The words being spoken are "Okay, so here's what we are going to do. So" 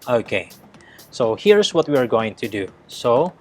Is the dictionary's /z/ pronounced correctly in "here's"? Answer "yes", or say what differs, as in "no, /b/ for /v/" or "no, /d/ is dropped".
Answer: no, /s/ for /z/